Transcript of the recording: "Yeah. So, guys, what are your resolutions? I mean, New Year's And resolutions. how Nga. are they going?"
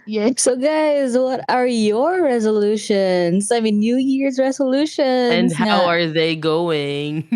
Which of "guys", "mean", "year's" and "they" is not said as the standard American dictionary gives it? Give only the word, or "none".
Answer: none